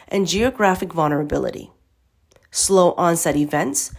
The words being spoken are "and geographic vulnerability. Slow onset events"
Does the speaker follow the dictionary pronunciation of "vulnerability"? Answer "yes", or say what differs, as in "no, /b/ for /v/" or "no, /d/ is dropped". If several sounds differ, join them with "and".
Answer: yes